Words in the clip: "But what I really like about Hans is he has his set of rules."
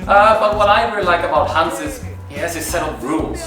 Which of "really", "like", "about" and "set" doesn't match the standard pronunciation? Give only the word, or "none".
none